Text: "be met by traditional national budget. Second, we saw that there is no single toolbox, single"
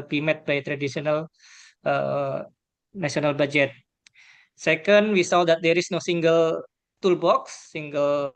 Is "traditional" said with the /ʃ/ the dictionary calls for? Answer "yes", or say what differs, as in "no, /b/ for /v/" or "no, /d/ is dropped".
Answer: no, /s/ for /ʃ/